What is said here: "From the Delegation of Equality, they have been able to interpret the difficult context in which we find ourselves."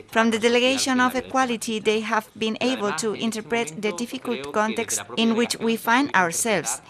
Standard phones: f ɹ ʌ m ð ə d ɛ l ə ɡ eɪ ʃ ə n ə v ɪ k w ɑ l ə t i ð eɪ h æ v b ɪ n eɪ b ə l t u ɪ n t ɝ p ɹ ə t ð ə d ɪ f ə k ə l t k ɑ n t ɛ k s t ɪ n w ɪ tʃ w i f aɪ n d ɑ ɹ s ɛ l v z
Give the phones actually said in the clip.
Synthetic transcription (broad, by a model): f ɹ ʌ m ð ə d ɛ l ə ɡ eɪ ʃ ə n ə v ɪ k w ɑ l ə t i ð eɪ h æ v b ɪ n eɪ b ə l t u ɪ n t ɝ p ɹ ə t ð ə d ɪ f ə k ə l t k ɑ n t ɛ k s t ɪ n w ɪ tʃ w i f aɪ n d ɑ ɹ s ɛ l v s